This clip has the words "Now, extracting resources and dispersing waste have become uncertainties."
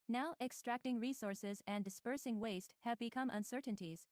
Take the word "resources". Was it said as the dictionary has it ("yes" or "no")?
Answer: yes